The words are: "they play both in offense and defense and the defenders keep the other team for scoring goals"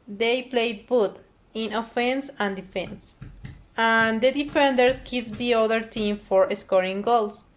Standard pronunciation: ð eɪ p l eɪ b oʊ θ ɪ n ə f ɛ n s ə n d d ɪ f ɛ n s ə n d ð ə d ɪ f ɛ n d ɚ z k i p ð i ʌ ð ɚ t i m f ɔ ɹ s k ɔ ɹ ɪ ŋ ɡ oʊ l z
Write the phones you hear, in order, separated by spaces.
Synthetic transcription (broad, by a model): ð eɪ p l eɪ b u t ɪ n ə f ɛ n s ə n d d ɪ f ɛ n s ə n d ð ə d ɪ f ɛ n d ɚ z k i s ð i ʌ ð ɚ t i m f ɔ ɹ s k ɔ ɹ ɪ ŋ ɡ oʊ l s